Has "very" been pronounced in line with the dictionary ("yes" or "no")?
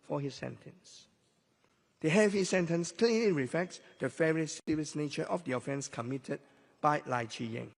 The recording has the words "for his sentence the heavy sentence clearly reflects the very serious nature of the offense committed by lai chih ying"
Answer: no